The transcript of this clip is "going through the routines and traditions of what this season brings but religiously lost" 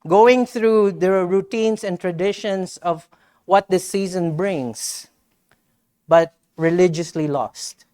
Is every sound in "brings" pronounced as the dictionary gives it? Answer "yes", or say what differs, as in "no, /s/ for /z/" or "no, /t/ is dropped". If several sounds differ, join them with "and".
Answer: no, /s/ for /z/